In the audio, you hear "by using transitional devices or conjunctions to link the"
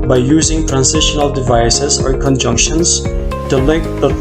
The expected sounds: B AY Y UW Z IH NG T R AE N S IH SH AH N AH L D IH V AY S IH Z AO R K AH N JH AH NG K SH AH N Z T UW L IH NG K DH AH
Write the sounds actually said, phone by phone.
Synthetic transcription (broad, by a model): B AY Y UW Z IH NG T R AE N S IH SH AH N AH L D IH V AY S IH Z AO R K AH N JH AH NG K SH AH N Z T UW L IH NG K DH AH